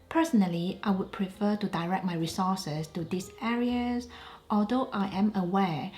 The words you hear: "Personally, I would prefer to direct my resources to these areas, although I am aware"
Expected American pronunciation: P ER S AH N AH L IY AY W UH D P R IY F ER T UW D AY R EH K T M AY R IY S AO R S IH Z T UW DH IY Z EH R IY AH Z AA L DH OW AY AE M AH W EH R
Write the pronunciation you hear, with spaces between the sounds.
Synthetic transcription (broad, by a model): P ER S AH N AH L IY AY W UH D P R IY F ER T UW D AY R EH K T M AY R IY S AO S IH S T UW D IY S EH R IY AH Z AA L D OW AY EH M AH W EH